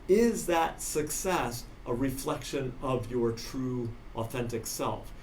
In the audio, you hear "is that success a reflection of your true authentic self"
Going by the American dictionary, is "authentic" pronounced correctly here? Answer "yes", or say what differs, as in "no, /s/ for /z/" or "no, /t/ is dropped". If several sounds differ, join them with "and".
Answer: yes